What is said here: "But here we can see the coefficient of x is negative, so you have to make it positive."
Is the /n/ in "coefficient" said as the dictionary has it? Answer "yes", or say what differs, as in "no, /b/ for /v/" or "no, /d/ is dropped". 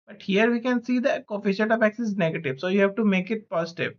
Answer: no, /n/ is dropped